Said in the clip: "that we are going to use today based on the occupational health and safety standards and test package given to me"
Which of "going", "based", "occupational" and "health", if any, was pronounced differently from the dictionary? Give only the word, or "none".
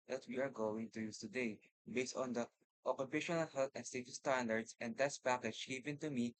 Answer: health